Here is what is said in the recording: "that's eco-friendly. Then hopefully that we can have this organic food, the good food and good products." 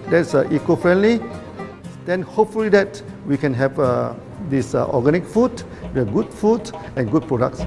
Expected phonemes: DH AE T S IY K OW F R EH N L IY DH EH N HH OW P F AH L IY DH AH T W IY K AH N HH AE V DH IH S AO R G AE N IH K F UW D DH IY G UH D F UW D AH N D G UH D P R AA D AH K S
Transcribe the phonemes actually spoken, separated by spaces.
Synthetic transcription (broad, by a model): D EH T S IY K OW F R EH N L IY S EH N HH OW P F AH L IY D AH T W IY K AH N HH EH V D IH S AO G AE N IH K F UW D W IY G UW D F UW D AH N G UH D P R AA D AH K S